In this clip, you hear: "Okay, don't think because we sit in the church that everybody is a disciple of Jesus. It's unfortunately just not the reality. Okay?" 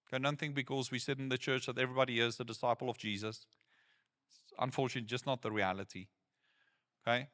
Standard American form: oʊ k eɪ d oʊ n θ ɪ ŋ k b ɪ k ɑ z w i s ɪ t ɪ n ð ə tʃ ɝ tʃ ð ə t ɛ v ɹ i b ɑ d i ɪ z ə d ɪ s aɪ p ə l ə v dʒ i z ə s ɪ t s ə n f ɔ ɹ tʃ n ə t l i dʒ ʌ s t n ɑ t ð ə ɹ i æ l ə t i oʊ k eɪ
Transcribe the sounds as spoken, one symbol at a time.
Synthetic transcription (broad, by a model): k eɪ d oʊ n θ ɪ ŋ b ɪ k ɑ z w i s ɪ t ɪ n ð ə tʃ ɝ tʃ ð ə t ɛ v ɹ i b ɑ d i ɪ z ə d ɪ s aɪ p ə l ə v dʒ i z ə s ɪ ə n f ɔ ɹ tʃ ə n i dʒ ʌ s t n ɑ t ð ə ɹ i æ l ə t i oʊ k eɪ